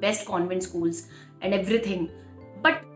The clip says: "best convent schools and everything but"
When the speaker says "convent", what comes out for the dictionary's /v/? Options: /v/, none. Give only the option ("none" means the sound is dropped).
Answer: /v/